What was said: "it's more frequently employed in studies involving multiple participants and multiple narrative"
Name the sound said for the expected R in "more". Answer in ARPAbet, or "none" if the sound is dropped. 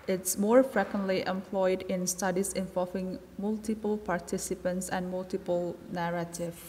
R